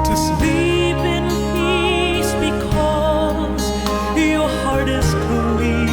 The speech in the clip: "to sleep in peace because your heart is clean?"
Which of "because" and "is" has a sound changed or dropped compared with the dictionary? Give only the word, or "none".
is